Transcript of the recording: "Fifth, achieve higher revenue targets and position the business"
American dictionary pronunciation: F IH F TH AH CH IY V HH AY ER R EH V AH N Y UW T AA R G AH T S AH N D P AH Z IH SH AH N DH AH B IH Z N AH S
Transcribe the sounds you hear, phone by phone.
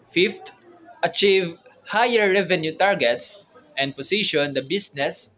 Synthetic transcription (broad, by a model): F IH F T AH CH IY V HH AY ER R EH V AH N Y UW T AA R G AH T S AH N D P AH S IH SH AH N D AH B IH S N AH S